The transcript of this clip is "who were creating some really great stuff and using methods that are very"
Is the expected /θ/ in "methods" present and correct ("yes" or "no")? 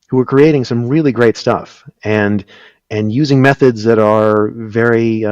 yes